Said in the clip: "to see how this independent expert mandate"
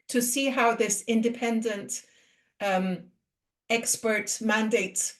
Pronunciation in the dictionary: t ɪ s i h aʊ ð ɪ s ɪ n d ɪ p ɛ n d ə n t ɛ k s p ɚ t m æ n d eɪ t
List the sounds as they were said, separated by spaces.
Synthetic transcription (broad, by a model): t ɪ s i h aʊ ð ɪ s ɪ n d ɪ p ɛ n d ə n t ɛ k s p ɚ t m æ n d eɪ t